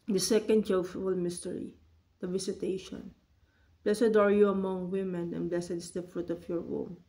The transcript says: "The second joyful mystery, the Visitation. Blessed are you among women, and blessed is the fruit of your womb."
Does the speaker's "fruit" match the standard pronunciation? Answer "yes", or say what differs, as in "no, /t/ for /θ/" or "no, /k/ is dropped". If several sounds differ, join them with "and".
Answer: yes